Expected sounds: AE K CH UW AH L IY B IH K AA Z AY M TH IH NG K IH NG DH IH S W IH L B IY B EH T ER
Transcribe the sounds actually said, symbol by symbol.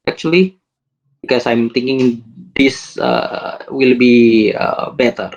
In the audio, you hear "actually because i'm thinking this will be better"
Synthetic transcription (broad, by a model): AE K CH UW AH L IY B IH K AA S AY M T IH NG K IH NG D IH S W IH L B IY B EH T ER